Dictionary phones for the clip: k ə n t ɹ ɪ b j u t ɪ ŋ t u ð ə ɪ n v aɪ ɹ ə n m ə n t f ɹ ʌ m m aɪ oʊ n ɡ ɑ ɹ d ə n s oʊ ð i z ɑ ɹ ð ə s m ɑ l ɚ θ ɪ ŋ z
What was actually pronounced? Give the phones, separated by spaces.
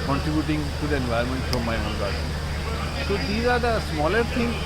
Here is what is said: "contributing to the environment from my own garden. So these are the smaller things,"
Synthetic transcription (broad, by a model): k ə n t ɹ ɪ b j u t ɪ ŋ t u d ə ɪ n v aɪ ə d m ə n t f ɹ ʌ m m aɪ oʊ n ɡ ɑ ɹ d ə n s oʊ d i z ɑ ɹ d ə s m ɑ l ɚ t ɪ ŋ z